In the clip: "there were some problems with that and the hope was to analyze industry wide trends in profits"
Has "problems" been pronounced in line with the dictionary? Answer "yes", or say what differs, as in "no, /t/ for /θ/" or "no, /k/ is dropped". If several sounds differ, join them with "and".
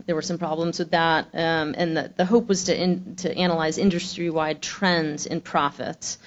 yes